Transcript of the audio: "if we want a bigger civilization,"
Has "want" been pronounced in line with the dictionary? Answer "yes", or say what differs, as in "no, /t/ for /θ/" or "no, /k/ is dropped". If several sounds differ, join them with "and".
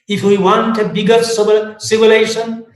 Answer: yes